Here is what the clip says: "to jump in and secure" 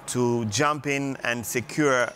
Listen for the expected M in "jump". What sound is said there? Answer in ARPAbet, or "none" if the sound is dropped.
M